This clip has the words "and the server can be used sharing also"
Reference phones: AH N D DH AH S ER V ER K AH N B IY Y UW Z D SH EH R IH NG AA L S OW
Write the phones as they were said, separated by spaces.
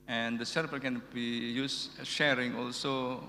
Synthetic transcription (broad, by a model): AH N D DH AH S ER P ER K AH N B IY Y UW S SH EH R IH NG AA L S OW